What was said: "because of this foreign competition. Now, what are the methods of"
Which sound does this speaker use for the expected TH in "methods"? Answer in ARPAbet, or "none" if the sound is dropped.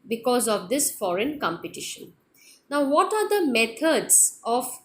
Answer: T